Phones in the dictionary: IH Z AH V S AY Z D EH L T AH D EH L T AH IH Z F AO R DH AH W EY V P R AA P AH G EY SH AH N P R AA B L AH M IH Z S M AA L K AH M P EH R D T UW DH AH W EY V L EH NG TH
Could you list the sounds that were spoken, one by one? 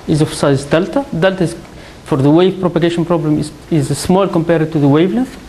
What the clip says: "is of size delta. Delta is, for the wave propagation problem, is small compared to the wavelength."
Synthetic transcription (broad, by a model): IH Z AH F S AY Z D EH L T AH D EH L T AH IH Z F AO R DH AH W EY V P R AA P AH G EY SH AH N P R AA B L AH M IH Z S M AA L K AH M P EH R D T UW DH AH W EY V L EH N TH